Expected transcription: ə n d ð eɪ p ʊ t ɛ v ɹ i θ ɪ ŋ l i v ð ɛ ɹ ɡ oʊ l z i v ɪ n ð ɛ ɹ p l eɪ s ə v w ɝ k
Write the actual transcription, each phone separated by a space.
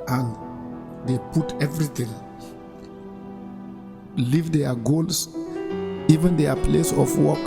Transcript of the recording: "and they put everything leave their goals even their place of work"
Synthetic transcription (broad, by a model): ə n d eɪ p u t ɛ v ɹ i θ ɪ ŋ l i v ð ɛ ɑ ɡ oʊ l s i v ɪ n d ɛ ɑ p l eɪ s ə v w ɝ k